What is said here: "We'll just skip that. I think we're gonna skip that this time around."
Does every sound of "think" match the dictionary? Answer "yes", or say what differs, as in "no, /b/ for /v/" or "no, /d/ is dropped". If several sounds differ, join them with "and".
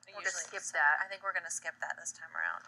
yes